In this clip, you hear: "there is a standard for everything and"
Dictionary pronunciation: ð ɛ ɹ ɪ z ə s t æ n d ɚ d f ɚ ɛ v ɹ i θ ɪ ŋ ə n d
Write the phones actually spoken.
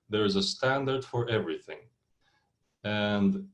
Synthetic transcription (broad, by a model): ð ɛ ɹ ɪ z ə s t æ n d ɚ d f ɚ ɛ v ɹ i θ ɪ ŋ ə n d